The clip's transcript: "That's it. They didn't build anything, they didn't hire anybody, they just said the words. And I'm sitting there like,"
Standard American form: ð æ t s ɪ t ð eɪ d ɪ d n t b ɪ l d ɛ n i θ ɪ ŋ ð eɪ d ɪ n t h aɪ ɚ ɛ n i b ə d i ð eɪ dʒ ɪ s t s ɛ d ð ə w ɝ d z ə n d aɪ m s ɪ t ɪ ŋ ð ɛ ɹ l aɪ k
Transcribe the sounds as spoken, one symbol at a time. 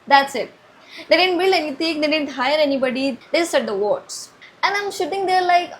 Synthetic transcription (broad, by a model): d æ t s ɪ t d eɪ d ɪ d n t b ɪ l ɛ n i t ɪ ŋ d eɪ d ɪ n t h aɪ ɚ ɛ n i b ə d i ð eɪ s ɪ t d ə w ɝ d s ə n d aɪ m ʃ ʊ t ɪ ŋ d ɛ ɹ l aɪ k